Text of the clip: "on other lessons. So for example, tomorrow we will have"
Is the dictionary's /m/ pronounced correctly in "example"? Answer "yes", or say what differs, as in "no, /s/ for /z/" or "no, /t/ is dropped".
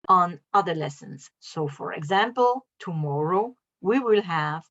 yes